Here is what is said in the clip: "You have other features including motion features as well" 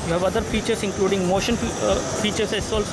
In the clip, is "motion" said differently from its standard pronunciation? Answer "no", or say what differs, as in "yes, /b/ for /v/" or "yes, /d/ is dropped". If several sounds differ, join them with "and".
no